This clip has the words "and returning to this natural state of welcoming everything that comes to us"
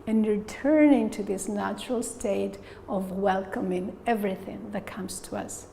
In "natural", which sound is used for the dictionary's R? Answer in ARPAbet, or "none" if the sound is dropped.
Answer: R